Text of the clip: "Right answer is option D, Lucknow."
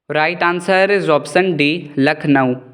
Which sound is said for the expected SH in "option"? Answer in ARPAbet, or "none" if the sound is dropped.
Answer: S